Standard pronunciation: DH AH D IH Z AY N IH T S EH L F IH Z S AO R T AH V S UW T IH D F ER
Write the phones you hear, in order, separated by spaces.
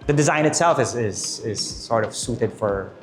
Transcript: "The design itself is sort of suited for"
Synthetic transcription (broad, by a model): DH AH D IH Z AY N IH T S EH L F IH Z S AO R T AH V S UW T IH D F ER